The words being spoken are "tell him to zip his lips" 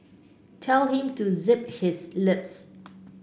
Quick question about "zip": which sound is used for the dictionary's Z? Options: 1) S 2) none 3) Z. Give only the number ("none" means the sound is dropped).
3